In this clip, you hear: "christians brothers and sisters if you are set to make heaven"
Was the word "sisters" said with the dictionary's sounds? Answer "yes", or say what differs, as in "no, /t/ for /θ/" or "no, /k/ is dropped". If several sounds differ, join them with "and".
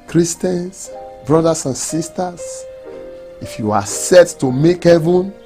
no, /s/ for /z/